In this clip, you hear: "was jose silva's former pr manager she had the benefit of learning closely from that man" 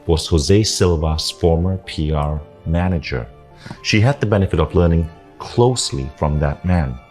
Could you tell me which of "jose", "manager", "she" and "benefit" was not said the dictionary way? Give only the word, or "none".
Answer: none